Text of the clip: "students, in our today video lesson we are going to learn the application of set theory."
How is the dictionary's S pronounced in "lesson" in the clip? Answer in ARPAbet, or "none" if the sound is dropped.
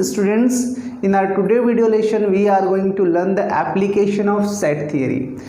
SH